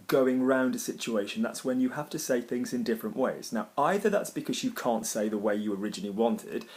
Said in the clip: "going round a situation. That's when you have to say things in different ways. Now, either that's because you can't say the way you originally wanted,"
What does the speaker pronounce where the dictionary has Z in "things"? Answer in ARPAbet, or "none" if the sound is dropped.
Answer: Z